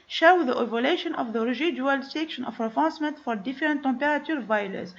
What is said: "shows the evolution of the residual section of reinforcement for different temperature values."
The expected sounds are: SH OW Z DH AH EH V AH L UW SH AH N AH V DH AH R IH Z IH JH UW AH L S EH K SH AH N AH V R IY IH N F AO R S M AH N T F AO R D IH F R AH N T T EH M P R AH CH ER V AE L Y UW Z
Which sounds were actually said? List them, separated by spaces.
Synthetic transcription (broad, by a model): SH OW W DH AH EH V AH L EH SH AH N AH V DH AH R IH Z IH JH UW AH L S EH K SH AH N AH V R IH F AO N S M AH N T F AO R D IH F R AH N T T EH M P R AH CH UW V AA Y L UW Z